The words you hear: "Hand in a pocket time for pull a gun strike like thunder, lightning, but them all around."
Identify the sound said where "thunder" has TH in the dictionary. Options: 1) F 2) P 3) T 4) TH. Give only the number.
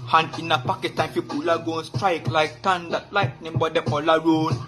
3